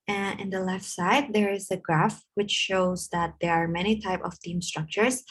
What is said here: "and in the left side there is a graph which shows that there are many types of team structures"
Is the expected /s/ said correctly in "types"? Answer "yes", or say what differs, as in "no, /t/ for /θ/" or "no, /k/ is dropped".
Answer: no, /s/ is dropped